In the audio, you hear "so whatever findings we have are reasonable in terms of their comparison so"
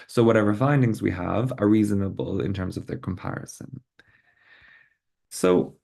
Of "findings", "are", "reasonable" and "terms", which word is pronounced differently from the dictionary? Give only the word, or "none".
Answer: none